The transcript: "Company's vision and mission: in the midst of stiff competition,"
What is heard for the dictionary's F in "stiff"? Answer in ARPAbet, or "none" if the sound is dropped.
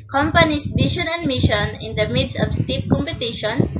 P